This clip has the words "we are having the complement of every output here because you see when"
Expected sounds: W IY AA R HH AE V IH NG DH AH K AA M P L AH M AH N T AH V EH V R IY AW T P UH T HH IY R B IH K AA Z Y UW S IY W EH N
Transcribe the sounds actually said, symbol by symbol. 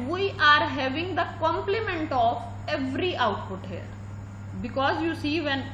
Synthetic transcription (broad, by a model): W IY AA R HH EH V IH NG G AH K AA M P L AH M AH N T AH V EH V R IY AW T P UH T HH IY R B IH K AA Z Y UW S IY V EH N